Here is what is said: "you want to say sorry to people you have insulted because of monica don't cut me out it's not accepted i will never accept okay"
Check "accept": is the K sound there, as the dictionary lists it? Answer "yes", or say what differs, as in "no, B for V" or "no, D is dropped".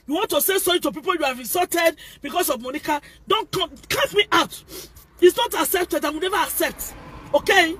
yes